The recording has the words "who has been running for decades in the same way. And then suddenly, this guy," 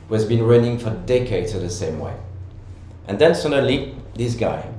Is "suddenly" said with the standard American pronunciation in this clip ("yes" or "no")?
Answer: no